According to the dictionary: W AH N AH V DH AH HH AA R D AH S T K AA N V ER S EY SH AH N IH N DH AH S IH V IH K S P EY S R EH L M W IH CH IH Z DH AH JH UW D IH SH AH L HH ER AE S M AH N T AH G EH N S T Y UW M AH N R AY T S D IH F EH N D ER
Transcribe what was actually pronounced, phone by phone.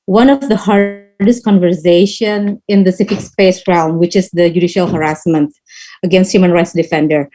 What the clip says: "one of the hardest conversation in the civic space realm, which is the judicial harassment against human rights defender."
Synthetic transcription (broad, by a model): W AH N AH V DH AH HH AA R D AH S T K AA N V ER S EY SH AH N IH N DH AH S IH F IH K S P EY S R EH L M W IH CH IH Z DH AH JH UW D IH SH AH L HH ER AE S M AH N T AH G EH N S T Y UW M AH N R AY T S D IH F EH N D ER